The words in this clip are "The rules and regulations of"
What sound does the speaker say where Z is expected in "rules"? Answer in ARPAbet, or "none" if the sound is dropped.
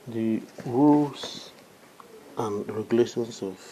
S